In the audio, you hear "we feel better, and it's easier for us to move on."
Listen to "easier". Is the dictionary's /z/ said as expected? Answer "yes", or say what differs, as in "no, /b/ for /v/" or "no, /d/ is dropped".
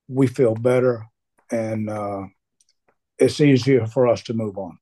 yes